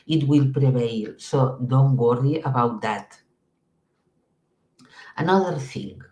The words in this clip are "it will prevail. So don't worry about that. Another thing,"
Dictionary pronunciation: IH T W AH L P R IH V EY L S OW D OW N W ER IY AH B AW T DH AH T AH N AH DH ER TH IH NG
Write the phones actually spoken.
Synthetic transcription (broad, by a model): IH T W AH L P R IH B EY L S OW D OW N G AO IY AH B AW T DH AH T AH N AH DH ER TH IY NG